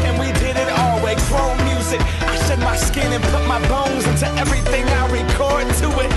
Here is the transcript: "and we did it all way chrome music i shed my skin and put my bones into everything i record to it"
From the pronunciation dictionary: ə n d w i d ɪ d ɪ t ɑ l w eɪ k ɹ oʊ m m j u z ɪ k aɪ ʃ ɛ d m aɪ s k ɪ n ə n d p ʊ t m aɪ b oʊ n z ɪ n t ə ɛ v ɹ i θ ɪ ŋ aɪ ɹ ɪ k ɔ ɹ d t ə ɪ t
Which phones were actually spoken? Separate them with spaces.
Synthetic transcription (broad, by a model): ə n w i d ɪ d ɪ t ɑ l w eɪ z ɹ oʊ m m j u z ɪ k aɪ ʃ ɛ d m aɪ s k ɪ n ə n p ʊ t m aɪ b oʊ n z ɪ n t ə ɛ v ɹ i θ ɪ ŋ aɪ ɹ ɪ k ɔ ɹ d t ə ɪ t